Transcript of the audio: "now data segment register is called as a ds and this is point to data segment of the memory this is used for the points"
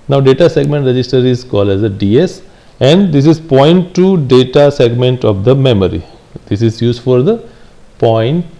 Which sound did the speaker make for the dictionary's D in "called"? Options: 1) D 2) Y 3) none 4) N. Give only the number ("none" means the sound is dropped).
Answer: 1